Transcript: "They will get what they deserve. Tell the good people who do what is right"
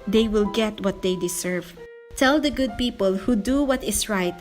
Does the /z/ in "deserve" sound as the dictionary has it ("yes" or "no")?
no